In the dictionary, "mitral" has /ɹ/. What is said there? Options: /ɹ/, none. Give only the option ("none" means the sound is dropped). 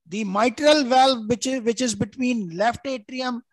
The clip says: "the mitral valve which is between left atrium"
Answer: /ɹ/